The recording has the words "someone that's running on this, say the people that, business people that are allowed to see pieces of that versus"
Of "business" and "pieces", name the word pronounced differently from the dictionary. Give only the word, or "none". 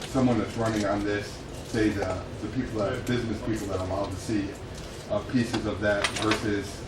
none